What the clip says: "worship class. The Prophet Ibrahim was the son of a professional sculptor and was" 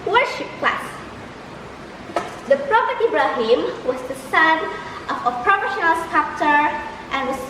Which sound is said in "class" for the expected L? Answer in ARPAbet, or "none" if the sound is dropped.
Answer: L